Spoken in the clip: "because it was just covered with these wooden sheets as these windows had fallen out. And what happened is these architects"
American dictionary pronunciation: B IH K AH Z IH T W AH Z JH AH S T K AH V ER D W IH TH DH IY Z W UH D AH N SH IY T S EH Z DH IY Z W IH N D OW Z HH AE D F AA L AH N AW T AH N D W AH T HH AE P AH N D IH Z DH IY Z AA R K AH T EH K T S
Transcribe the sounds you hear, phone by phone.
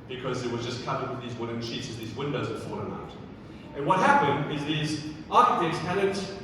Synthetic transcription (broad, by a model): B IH K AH Z IH T W AH Z JH AH S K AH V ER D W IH DH IY Z W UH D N SH IY T S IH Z DH IY Z W IH N D OW Z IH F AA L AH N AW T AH N W AH T HH AE P AH N D IH Z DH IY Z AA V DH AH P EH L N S